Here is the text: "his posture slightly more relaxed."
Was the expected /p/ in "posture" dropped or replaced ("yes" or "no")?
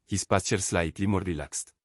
no